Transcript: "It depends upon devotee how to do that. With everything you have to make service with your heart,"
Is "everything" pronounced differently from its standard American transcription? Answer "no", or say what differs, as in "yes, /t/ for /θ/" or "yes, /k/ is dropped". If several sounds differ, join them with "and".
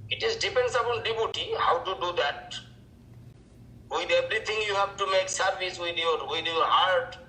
yes, /t/ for /θ/